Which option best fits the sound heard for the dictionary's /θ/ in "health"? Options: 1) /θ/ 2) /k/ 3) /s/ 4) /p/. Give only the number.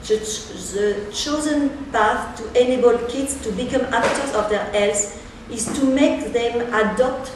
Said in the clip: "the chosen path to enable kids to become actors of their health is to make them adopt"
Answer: 3